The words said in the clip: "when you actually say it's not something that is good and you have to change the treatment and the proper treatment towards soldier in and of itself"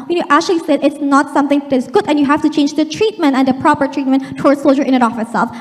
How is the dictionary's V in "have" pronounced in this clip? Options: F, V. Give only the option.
F